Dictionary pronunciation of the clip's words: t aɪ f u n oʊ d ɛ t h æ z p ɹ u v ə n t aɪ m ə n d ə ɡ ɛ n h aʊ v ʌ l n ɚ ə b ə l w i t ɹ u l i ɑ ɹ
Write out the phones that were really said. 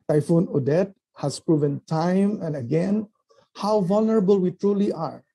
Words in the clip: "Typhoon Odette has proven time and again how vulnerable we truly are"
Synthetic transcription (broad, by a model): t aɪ f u n oʊ d ɛ t h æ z p ɹ u v ə n t aɪ m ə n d ə ɡ ɛ n h aʊ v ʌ l n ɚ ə b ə l w i t ɹ u l i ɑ ɹ